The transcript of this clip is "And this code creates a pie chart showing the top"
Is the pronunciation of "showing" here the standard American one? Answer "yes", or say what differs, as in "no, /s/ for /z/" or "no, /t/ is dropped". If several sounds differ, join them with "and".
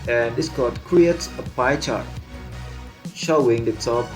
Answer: yes